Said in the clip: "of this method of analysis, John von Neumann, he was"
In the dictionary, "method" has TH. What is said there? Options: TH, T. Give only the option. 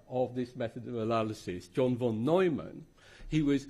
TH